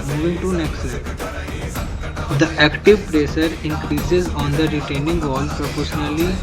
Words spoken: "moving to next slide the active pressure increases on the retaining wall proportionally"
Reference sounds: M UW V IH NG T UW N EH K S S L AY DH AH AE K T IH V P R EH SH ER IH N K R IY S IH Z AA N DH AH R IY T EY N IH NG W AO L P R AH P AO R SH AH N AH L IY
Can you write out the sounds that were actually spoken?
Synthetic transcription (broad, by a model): M UW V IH NG T UW N EH K S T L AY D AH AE K T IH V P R EH S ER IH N K R IY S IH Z AA N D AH R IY T EY N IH NG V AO L P R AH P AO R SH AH N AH L IY